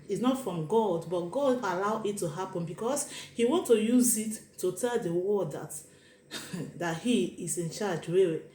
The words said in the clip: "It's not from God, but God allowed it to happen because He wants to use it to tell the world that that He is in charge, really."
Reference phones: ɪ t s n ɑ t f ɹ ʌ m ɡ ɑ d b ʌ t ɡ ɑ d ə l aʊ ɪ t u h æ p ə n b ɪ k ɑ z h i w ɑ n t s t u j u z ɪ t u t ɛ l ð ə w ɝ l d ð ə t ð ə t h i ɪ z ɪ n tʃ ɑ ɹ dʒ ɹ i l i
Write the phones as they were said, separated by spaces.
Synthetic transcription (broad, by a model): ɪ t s n ɑ t f ɹ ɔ m ɡ ɑ d b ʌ t ɡ ɑ d ə l aʊ ɪ t u h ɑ p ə n b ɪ k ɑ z h i w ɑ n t t u j u z ɪ t u t ɛ l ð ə w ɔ d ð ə t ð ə t h i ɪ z ɪ n tʃ ɑ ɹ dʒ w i